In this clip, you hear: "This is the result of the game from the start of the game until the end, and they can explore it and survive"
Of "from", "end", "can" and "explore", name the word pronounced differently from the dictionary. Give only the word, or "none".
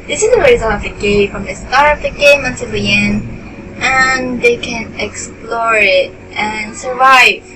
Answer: end